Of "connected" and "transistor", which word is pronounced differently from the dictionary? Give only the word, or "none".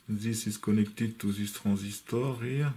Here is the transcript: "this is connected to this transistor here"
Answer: transistor